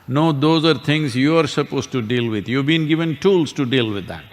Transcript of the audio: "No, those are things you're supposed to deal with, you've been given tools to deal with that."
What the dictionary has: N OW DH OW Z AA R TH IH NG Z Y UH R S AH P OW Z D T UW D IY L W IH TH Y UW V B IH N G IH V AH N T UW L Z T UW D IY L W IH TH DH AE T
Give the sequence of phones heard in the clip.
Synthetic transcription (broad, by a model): N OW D OW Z AA R T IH NG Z Y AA R S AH P OW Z T UW D IY L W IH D Y UW V B IH N G IH V AH N T UW L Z T UW D IY L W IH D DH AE T